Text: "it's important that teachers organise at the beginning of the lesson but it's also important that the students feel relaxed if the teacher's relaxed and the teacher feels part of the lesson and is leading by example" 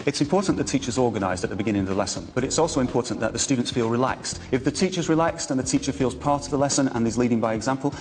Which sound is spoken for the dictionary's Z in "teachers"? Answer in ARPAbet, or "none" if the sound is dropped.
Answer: Z